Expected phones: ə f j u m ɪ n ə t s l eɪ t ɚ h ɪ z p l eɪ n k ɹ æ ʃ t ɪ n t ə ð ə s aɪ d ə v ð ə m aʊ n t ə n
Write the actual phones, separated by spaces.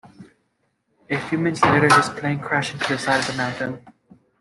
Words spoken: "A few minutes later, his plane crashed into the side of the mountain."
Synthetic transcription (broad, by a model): ə f j u m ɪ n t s l eɪ t ɚ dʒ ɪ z p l eɪ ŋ k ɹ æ ʃ ɪ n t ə ð ə s aɪ d ə v ð ə m aʊ n t ə n